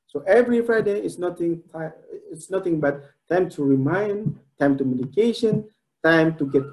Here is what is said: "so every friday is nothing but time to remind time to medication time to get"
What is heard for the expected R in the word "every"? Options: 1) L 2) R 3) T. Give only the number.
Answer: 2